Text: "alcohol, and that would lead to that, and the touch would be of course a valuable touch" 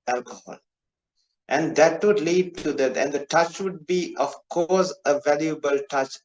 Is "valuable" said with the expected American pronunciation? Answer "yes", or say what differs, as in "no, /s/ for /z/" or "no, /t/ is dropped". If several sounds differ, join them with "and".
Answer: yes